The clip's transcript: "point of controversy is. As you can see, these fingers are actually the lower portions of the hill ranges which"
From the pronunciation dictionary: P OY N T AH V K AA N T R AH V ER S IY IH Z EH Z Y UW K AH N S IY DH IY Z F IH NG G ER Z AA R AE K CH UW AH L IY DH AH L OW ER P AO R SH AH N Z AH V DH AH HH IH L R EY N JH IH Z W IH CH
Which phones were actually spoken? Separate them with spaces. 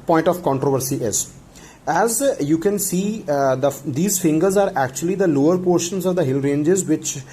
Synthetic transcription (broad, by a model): P OY N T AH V K AA N T R AH V ER S IY IH Z EH Z Y UW K AH N S IY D IY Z F IH NG G ER Z AA R AE K CH UW AH L IY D AH L OW ER P AO R SH AH N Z AH V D AH HH IH L R EY N JH IH Z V IH CH